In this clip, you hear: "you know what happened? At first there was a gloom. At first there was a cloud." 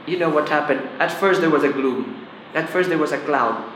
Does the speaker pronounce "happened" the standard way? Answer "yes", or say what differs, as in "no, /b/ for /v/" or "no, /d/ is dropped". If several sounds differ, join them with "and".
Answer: yes